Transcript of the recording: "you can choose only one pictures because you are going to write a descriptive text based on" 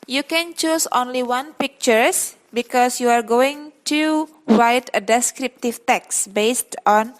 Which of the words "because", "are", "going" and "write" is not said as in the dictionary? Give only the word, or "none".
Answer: because